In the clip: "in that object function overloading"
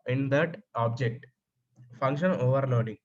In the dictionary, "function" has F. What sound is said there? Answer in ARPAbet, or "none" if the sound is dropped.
F